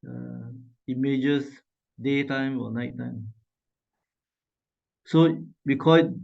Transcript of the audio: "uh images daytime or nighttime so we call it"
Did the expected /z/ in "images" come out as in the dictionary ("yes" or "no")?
no